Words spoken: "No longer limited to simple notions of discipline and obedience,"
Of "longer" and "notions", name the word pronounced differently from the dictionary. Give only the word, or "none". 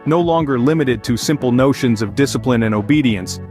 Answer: none